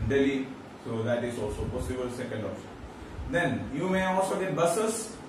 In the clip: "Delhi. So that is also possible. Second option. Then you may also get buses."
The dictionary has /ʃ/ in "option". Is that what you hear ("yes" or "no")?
no